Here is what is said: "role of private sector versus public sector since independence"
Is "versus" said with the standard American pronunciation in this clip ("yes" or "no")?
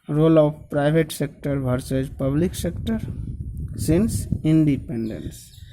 no